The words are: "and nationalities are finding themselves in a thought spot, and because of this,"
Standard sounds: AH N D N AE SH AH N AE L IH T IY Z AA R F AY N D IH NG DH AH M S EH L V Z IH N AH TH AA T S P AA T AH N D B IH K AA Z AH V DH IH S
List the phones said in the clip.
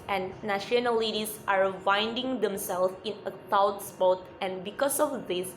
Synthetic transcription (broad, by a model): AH N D N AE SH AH N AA L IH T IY S AA R F AY N D IH NG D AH M S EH L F IH N AH T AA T S P AA T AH N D B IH K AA S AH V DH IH S